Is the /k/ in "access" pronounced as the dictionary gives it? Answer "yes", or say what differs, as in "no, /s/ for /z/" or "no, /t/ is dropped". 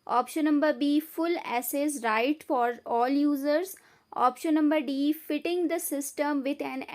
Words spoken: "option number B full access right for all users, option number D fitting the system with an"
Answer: no, /k/ is dropped